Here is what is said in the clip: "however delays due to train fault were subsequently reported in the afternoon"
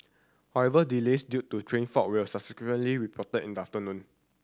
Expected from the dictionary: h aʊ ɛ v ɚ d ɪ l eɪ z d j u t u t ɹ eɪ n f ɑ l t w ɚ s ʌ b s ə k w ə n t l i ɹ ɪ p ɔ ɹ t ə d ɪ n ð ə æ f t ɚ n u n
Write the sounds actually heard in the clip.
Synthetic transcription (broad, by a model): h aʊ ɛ v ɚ d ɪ l eɪ s d j u t u t ɹ eɪ n f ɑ t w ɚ s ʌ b s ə k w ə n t l i ɹ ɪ p ɔ t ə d ɪ n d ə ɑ f t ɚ n u n